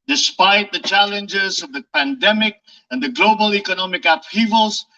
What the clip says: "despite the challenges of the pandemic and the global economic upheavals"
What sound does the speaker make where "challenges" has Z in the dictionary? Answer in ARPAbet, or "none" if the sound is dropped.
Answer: Z